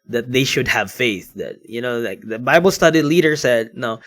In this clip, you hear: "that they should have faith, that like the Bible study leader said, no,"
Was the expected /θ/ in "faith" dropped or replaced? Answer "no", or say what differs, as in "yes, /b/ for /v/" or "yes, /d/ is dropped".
no